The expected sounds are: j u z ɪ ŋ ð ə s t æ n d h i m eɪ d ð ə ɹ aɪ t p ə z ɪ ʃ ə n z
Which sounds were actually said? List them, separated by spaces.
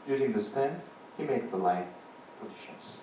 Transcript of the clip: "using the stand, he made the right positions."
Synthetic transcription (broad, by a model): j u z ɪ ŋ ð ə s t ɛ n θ h i m eɪ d ð ə l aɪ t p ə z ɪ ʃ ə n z